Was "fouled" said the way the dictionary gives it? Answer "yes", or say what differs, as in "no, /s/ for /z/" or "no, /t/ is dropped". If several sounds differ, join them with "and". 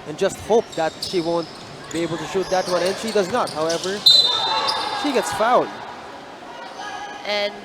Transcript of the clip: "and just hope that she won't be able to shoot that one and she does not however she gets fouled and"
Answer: no, /l/ is dropped